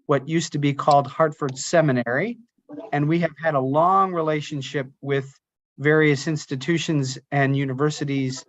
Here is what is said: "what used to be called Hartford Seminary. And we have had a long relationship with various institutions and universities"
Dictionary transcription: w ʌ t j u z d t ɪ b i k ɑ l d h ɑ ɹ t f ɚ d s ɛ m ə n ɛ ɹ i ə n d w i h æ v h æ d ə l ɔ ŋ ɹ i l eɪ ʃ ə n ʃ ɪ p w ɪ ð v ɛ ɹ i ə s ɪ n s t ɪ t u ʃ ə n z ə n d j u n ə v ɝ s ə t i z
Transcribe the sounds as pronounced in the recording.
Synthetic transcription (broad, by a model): w ʌ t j u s t ɪ b i k ɑ l d h ɑ ɹ t f ɚ d s ɛ m ə n ɛ ɹ i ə n w i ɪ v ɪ d ə l ɔ ŋ ɹ i l eɪ ʃ ə n ʃ ɪ p w ɪ ð v ɛ ɹ i ə s ɪ n s t ɪ t u ʃ ə n z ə n j u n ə v ɝ s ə t i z